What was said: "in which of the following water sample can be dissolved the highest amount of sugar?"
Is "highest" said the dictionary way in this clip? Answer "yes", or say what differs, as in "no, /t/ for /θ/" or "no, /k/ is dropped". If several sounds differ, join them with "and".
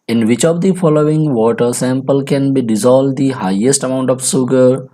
yes